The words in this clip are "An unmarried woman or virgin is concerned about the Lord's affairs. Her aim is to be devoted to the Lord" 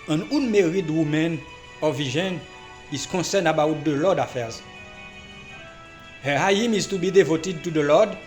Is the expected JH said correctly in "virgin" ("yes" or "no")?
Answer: no